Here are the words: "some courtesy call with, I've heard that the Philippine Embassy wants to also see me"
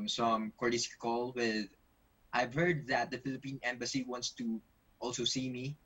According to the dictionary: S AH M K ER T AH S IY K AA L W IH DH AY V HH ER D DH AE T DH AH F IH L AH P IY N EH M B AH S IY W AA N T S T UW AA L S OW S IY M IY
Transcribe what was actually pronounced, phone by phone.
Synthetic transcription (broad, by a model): S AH M K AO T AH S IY K AA L W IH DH AY V HH ER D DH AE T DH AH F IH L AH P IY N EH M B AH S IY W AA N T S T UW AA L S OW S IY M IY